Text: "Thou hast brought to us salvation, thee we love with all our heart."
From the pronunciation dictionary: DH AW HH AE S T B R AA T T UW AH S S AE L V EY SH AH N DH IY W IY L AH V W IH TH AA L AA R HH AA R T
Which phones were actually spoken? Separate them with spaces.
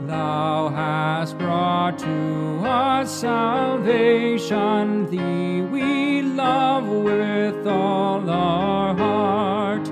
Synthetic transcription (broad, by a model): DH AW HH AE S T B R AA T T UW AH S S AE L V EY SH AH N DH IY W IY L AH V W IH TH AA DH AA R HH AA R T